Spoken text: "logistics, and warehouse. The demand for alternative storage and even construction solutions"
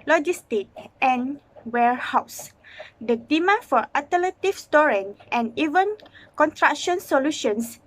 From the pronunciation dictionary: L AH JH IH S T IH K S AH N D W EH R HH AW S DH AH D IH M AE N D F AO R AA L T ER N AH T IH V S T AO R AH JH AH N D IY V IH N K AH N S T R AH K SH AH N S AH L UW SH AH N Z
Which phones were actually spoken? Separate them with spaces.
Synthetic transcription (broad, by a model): L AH JH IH S T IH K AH N W EH R HH AW S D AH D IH M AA F AO R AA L T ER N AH T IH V S T AO R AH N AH N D IY V IH N K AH N T R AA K SH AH N S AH L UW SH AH N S